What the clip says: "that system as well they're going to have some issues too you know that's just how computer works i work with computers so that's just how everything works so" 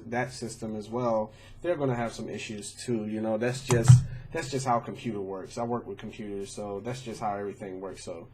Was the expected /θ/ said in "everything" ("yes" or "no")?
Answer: yes